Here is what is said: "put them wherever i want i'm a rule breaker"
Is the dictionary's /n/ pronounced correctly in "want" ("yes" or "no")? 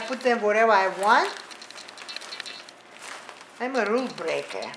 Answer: yes